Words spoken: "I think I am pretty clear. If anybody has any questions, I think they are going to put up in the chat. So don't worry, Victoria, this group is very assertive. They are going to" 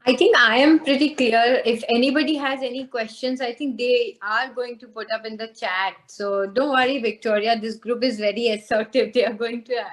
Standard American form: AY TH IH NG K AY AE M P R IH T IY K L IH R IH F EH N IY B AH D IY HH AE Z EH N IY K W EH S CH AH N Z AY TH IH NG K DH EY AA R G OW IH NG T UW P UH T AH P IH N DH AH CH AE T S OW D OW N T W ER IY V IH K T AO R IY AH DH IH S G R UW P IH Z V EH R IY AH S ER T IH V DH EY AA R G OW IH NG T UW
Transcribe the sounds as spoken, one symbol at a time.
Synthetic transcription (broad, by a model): AY T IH NG K AY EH M P R IH T IY K L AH R IH F EH N IY B AH D IY HH AE Z EH N IY K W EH S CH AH N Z AY T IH NG K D EY AA R G OW IH NG T UW P UH T AH P IH N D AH CH AE T S OW D OW N T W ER IY V IH K T AO R IY AH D IH S G R UW P IH Z V EH R IY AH S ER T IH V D EY AA R G OW IH NG T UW